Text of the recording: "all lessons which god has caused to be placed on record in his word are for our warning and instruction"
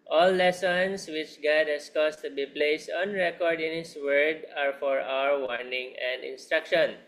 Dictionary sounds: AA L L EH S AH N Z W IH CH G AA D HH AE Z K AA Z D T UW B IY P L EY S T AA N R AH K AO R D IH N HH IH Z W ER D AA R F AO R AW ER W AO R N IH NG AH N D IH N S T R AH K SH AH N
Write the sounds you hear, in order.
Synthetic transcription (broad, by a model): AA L L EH S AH N S W IH CH G AA D HH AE S K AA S T UW B IY P L EY S T AA N R AH K AO R D IH N HH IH S W ER D AA R F AO R AW ER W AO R N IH NG AH N D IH N S T R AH K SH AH N